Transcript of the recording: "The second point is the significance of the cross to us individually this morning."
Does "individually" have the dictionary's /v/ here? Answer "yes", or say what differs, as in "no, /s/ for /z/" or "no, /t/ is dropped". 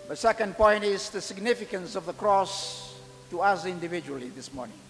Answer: yes